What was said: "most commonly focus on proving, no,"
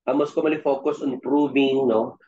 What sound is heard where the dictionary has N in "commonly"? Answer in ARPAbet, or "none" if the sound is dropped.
none